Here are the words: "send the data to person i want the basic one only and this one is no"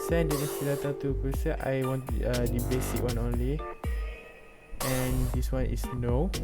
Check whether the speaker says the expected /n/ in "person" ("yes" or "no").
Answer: no